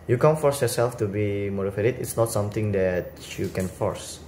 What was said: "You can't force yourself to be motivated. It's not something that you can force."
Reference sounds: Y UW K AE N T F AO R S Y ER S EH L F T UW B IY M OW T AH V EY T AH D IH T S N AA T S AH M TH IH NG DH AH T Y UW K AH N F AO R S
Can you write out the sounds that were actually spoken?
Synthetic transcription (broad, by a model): Y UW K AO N F AO R S Y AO S EH L F T UW B IY M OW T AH F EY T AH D IH T S N AA T S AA M T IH NG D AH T Y UW K AH N F AO R S